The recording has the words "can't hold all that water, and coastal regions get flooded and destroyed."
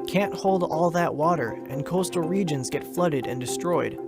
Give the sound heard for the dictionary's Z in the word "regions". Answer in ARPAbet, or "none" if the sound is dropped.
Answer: Z